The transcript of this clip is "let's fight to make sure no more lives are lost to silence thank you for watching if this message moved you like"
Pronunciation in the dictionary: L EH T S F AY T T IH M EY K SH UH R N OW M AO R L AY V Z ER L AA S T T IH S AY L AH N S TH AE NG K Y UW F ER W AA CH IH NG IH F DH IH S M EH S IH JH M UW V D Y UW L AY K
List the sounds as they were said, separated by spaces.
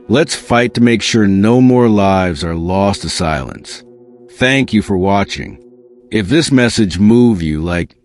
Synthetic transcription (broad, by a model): L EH T S F AY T T IH M EY K SH UH R N OW M AO R L AY V Z ER L AA S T T IH S AY L AH N S TH AE NG K Y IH F ER W AA CH IH NG IH F DH IH S M EH S IH JH M UW V Y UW L AY K